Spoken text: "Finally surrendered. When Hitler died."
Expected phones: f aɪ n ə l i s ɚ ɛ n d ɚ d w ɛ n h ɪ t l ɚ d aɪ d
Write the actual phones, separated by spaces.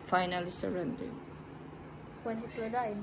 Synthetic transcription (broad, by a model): f aɪ n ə l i s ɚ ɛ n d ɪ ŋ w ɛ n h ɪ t ɚ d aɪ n